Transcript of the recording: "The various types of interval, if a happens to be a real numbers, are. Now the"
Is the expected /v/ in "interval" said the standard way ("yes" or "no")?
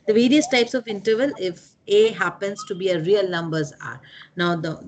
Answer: yes